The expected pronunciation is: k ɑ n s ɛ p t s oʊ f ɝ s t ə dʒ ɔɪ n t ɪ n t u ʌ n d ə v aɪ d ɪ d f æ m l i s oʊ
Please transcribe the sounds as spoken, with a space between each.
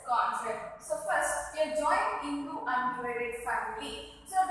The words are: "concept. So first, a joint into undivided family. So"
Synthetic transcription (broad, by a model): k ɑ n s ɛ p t s oʊ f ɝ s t ə dʒ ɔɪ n ɪ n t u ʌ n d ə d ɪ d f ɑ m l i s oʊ